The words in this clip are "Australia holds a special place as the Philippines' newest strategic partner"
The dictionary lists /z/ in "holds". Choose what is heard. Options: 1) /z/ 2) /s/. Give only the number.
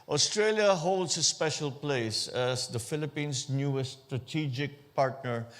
2